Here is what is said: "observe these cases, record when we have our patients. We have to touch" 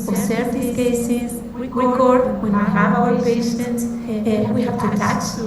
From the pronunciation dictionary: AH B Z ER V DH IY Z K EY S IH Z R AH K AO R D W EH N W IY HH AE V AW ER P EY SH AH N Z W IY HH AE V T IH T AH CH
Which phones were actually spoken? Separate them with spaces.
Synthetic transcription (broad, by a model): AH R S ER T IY K EY S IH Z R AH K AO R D W EH N W IY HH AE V AW ER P EY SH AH N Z W IY HH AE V T IH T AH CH